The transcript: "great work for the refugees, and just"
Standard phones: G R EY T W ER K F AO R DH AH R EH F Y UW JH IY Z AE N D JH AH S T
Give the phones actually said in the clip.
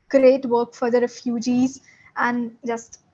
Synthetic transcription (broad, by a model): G R EY T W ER K F AO R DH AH R EH F Y UW JH IY Z AE N D JH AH S T